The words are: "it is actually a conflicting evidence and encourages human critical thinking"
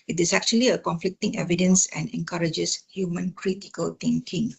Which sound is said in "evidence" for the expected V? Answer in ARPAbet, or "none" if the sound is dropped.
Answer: V